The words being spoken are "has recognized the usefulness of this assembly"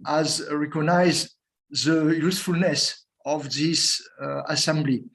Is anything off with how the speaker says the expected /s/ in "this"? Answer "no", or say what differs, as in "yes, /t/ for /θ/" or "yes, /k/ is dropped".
no